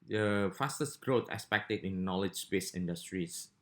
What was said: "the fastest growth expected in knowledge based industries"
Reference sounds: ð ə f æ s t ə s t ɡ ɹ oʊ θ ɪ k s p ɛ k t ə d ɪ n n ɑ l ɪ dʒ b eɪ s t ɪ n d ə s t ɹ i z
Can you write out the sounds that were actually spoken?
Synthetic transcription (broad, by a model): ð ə f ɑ s t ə s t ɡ ɹ oʊ t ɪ s p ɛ k t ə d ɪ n n ɑ l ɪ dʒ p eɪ s ɪ n d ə s t ɹ i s